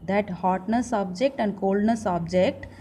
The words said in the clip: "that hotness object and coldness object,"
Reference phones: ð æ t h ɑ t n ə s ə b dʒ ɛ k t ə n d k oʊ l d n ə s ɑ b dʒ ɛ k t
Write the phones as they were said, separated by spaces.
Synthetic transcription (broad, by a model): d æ t h ɑ t n ə s ə b dʒ ɛ k t ə n d k oʊ l d n ə s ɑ b dʒ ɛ k t